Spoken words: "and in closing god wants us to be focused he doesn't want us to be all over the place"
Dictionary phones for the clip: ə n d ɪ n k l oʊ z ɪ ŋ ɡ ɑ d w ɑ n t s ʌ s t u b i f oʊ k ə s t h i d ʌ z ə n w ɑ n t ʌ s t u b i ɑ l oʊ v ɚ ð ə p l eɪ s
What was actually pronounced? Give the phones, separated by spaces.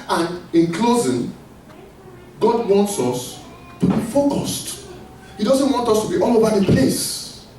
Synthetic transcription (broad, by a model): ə n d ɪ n k l oʊ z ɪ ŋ ɡ ɑ d w ɑ n t s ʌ s t u b i f oʊ k ə s t h i d ʌ z ə n w ɑ n t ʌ s t u b i ɑ l oʊ v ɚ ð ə p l eɪ s